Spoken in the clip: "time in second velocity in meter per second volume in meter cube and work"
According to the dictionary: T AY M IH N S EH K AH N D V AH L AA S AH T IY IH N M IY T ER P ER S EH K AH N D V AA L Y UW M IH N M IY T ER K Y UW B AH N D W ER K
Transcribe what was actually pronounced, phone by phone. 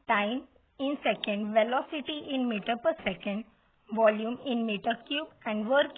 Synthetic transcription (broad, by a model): T AY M IH N S EH K AH N D V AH L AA S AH T IY IH N M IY T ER P ER S EH K AH N D V AA L Y UW M IH N M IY T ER K Y UW B AH N D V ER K